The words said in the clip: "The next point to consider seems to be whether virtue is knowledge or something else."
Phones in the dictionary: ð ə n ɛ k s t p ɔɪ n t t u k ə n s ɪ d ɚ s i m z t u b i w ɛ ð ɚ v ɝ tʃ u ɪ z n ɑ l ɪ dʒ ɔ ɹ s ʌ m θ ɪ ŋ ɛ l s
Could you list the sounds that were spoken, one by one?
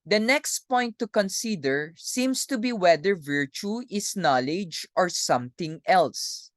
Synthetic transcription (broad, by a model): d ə n ɛ k s t p ɔɪ n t t u k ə n s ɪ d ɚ s i m s t u b i w ɛ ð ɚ v ɝ tʃ u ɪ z n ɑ l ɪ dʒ ɔ ɹ s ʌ m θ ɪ ŋ ɛ l s